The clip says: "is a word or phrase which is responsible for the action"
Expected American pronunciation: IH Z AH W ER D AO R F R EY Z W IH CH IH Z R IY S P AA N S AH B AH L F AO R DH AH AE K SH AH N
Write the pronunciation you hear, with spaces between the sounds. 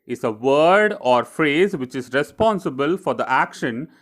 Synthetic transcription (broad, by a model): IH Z AH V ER D AO R F R EY Z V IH CH IH Z R IY S P AA N S AH B AH L F AO R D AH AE K SH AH N